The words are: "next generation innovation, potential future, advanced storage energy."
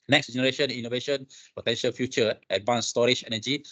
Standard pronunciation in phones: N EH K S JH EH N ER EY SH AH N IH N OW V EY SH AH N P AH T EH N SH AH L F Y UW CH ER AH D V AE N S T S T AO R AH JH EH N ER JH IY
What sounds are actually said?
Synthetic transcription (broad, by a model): N EH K S JH EH N ER EY SH AH N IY N OW V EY SH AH N P AH T EH N SH AH L F Y UW CH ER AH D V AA N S S T AO R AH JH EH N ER JH IY